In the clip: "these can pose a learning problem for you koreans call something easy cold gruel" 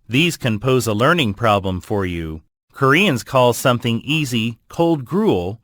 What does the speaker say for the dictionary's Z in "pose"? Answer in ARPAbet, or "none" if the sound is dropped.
Z